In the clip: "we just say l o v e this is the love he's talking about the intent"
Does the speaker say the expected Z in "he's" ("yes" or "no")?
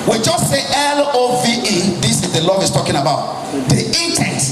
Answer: no